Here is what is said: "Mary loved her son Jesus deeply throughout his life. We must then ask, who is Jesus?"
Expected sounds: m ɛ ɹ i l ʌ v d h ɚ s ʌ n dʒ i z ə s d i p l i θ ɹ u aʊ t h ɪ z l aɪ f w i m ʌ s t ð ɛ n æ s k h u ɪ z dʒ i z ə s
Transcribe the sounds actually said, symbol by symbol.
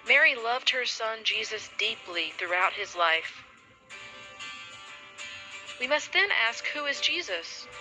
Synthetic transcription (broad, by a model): m ɛ ɹ i l ʌ v d h ɚ s ʌ n dʒ i z ə s d i p l i θ ɹ u aʊ t h ɪ z l aɪ f w i m ʌ s t ð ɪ n æ s k h u ɪ z dʒ i z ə s